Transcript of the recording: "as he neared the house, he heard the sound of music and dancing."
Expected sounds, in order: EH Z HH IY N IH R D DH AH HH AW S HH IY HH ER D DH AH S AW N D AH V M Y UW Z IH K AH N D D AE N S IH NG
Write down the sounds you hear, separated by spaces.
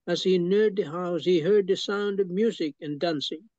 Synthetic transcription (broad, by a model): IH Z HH IY N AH R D DH AH HH AW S HH IY HH ER D DH AH S AW N D AH V M Y UW Z IH K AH N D D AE N S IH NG